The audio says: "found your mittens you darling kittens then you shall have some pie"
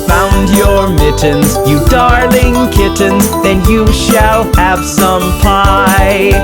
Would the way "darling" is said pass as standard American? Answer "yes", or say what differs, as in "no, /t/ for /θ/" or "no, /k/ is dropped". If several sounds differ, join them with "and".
yes